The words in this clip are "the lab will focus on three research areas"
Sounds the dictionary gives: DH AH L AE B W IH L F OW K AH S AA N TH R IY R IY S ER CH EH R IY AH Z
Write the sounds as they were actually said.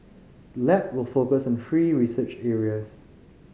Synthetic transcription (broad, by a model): L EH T W IH L F OW K AH S AA N F R IY R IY S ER CH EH R IY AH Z